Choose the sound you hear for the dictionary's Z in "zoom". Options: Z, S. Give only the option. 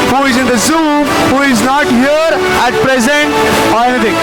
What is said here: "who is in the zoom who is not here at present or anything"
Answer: Z